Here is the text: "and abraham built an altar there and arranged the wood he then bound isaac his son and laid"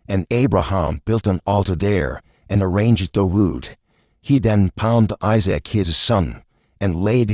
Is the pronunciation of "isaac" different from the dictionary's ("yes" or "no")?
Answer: no